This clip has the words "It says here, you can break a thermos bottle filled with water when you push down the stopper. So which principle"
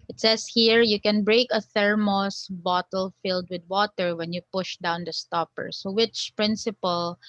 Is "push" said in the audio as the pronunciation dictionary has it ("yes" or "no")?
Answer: yes